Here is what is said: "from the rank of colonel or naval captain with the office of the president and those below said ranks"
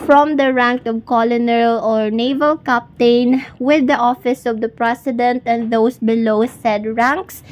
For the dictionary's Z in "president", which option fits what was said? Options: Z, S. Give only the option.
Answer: S